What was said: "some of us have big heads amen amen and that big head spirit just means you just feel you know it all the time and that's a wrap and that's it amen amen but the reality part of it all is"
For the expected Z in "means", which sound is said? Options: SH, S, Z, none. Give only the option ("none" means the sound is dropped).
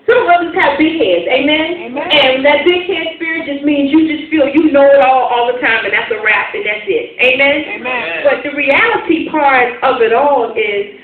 Z